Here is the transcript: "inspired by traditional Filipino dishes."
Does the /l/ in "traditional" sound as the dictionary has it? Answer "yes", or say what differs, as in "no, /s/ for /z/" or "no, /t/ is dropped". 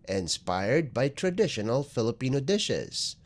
yes